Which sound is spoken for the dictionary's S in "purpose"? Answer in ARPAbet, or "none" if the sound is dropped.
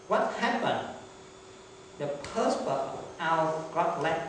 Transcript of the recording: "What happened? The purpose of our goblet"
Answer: none